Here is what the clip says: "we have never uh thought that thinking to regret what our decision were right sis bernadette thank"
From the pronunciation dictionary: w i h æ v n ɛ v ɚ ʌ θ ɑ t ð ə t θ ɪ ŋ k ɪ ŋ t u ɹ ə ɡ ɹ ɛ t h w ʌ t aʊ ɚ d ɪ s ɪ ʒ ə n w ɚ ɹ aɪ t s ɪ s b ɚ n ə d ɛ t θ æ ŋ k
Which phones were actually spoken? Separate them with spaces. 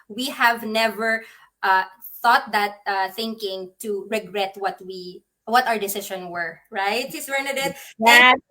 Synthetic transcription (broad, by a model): w i h æ v n ɛ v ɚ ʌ θ ɑ t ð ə t θ ɪ ŋ k ɪ ŋ t u ɹ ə ɡ ɹ ɛ t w w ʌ t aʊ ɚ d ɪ s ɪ ʃ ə n w ɚ ɹ aɪ t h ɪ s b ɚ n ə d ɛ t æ